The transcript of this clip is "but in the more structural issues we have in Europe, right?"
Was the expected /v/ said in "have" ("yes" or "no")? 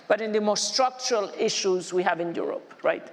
yes